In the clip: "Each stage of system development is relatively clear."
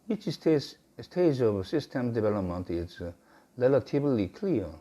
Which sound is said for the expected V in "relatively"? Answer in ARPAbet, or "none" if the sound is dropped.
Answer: B